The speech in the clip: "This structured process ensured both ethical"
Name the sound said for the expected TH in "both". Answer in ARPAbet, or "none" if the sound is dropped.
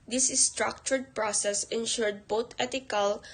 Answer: T